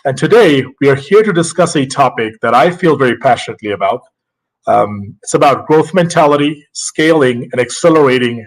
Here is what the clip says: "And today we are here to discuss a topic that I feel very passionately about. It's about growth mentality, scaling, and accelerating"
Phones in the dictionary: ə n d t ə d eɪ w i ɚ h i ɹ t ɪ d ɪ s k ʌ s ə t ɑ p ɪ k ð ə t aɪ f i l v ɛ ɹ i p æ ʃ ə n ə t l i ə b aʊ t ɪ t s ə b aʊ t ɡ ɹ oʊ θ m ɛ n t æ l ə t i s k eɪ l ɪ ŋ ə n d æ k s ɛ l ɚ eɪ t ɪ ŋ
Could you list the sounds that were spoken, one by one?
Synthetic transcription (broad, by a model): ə n t ə d eɪ w i ɚ h i ɹ t ɪ d ɪ s k ʌ s ə t ɑ p ɪ k ð ə t aɪ f i l v ɛ ɹ i p æ ʃ ə n ə t l i ə b aʊ t ɪ t s ə b aʊ t ɡ ɹ oʊ θ m ɛ n t æ l ə t i s k eɪ l ɪ ŋ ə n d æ k s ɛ l ɚ eɪ t ɪ ŋ